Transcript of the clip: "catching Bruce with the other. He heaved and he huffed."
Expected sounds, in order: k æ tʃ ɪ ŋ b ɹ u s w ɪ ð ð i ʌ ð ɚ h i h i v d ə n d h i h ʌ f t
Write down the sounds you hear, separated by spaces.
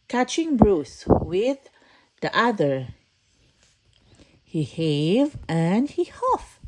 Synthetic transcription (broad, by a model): k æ tʃ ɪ ŋ b ɹ u s w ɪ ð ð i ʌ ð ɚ h i h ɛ v ə n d h i h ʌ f